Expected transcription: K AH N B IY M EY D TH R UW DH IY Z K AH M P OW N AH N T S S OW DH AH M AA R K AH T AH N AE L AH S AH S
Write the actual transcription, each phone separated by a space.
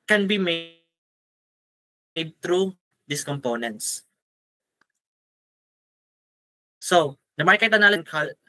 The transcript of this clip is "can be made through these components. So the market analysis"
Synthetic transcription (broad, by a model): K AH N B IY M EY D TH R UW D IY S K AH M P OW N AH N T S S OW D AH M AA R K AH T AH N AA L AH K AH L